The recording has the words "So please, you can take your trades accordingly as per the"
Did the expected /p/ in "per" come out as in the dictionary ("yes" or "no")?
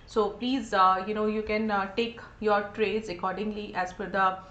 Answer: no